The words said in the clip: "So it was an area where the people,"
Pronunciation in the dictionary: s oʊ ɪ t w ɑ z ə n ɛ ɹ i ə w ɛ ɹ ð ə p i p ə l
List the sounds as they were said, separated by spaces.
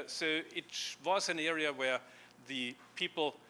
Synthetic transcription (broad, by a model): s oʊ ɪ t w ɑ z ə n ɛ ɹ i ə w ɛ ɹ ð ə p i p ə l